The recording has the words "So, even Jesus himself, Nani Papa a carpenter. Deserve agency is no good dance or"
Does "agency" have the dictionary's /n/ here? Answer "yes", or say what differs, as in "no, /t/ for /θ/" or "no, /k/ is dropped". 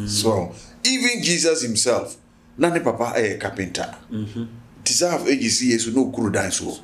no, /n/ is dropped